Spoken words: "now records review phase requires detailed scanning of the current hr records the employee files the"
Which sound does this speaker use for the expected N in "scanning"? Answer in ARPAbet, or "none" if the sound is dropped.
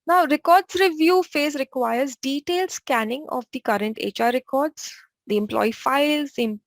N